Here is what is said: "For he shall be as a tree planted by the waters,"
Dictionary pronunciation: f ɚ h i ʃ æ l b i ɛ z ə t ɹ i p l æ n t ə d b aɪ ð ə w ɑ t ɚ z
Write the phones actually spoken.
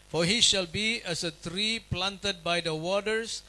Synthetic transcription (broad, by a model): f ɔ h i ʃ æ l b i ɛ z ə t ɹ i p l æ n t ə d b aɪ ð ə w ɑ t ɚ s